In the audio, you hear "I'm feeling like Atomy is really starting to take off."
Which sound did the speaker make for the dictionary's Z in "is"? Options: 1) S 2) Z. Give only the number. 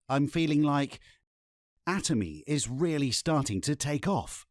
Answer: 2